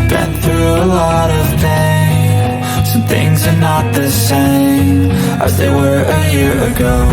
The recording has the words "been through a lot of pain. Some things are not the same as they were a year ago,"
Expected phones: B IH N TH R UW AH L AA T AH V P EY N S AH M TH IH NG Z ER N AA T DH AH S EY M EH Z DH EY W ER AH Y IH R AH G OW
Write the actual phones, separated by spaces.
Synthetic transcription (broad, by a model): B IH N TH R UW AH L AA T AH V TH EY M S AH TH IH NG Z ER N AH T DH AH S EY M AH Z DH EY W ER AH Y IH R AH G OW